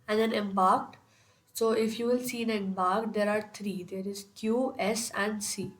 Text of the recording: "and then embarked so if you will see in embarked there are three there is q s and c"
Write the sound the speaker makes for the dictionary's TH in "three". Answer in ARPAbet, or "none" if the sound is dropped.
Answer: T